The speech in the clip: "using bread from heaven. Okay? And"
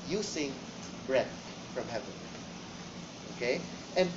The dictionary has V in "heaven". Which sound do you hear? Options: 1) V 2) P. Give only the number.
1